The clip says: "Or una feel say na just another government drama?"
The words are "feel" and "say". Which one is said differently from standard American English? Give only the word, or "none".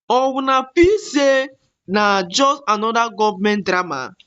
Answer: feel